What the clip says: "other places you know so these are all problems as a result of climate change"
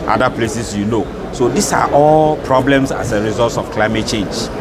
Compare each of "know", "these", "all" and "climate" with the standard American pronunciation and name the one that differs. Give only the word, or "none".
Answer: these